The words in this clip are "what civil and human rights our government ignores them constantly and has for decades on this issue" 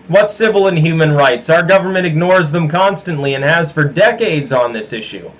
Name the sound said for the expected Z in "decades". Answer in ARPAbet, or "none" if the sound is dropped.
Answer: Z